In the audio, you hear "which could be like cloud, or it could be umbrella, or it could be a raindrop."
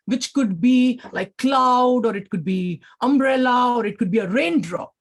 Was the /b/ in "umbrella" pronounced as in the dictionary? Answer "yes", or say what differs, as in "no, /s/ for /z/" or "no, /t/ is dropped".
yes